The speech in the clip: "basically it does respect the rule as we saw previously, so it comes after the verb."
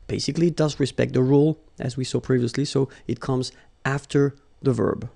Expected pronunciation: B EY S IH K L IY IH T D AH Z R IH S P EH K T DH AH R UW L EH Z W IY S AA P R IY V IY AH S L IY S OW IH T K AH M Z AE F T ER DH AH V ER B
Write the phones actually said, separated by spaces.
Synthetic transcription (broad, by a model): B EY S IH K L IY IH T D AH Z R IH S P EH K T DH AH R UW L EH Z W IY S AA P R IY V IY AH S L IY S OW IH T K AH M Z AE F T ER DH AH V ER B